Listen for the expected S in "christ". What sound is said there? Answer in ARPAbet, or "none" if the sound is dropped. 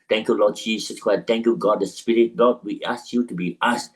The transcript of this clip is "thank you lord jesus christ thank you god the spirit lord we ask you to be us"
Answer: none